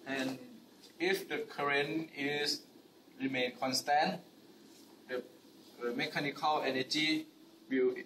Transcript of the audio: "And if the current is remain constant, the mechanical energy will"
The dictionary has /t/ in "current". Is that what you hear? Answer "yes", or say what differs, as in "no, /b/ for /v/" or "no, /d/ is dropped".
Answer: no, /t/ is dropped